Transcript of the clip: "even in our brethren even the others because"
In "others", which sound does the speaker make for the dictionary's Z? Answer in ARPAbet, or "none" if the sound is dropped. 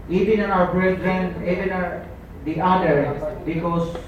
none